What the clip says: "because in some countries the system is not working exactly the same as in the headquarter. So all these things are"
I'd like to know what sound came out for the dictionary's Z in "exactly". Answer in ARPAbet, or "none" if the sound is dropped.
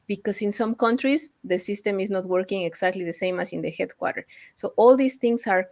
S